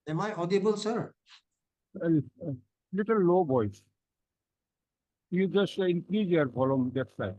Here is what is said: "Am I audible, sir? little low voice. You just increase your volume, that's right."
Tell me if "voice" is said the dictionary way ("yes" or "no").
no